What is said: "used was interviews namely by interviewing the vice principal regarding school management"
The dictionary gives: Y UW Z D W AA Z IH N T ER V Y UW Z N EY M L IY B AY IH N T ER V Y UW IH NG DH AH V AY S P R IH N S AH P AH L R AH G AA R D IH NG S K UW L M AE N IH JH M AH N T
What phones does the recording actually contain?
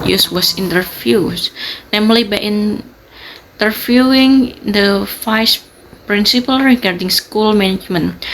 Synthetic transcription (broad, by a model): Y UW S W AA S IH N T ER F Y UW S N EY M L IY B AY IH N T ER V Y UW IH NG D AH F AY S P R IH N S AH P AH L R AH G AA R D IH NG S K UW L M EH N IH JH M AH N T